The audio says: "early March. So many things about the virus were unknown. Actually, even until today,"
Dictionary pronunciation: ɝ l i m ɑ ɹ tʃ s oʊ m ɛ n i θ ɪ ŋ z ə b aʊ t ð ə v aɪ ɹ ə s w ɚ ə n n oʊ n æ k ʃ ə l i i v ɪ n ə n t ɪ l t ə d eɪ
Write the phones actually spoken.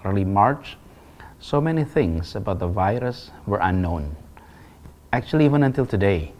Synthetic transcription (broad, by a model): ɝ l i m ɑ ɹ tʃ s oʊ m ɛ n i θ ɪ ŋ s ə b aʊ t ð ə v aɪ ɹ ə s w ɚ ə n n oʊ n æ k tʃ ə l i i v ɪ n ə n t ɪ l t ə d eɪ